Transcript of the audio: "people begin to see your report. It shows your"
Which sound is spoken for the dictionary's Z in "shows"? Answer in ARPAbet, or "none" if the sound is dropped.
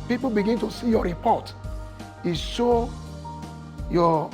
none